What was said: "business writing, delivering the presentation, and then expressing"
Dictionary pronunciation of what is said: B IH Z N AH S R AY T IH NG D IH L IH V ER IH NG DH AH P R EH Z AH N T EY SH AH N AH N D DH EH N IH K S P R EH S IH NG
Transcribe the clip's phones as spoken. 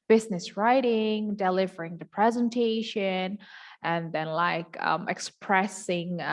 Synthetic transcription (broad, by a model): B IH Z N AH S R AY T IH NG D IH L IH V ER IH NG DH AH P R EH Z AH N T EY SH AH N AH N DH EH N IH K S P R EH S IH NG